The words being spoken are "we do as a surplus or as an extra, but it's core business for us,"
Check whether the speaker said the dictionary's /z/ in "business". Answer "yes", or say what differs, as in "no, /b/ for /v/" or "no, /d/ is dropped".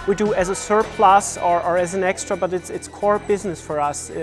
yes